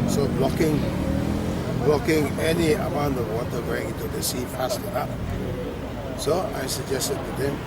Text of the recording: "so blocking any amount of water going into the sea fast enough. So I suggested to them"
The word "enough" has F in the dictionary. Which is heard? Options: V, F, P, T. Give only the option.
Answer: P